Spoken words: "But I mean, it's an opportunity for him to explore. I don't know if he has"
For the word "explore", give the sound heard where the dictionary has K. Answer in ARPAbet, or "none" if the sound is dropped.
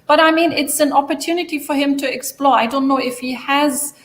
K